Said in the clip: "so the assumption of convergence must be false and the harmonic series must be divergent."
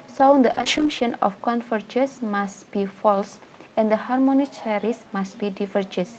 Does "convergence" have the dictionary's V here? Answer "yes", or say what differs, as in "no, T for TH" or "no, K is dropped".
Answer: no, F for V